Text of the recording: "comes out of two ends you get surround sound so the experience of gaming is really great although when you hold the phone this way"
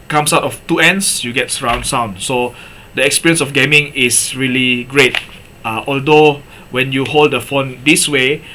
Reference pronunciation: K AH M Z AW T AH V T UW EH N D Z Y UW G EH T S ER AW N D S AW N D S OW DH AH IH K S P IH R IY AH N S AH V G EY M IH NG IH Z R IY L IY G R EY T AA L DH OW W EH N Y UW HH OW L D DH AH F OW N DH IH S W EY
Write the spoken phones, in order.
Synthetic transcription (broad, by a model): K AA M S AW T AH F T UW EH N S Y UW G EH T S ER AW N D S AW N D S OW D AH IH K S P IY R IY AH N S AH F G EY M IH NG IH S R IY L IY G R EY T AA L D OW W EH N Y UW HH OW L D AH F OW N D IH S W EY